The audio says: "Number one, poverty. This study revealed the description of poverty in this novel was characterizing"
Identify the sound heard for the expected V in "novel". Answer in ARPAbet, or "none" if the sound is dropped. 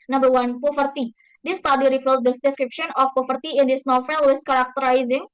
F